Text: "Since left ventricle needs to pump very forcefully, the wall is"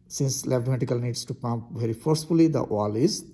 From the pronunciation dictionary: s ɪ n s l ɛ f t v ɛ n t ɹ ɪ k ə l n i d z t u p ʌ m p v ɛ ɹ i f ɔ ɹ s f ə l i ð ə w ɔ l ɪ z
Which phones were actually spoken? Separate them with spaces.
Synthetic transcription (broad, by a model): s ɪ n s l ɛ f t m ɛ t ɪ k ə l n i d s t u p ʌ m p v ɛ ɹ i f ɔ ɹ s f ə l i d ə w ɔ l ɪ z